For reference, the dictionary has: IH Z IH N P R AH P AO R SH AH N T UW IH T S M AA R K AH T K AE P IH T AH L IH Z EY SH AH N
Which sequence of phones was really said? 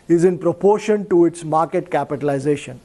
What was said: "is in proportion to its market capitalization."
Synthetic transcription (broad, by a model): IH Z IH N P R AH P AO R SH AH N T UW IH T S M AA R K AH T K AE P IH T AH L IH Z EY SH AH N